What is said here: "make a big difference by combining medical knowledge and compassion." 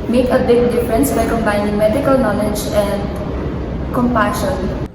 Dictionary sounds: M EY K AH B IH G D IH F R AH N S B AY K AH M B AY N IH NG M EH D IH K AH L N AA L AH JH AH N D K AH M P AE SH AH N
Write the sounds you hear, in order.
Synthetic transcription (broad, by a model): M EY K AH B IH G D IH F R AH N S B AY K AH M B AY N IH NG M EH D IH K AH L N AA L AH JH AH N D K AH M P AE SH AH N